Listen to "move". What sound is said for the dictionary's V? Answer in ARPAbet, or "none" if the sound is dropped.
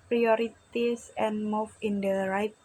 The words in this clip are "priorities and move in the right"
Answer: F